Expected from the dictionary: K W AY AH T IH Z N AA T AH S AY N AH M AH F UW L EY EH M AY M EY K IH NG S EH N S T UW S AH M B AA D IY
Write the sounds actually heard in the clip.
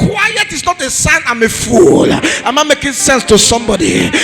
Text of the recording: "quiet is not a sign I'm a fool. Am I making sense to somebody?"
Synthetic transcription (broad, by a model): W AY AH T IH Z N AA T AH S AY N AH M AH F UW L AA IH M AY M EY K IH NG S EH N S T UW S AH M B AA D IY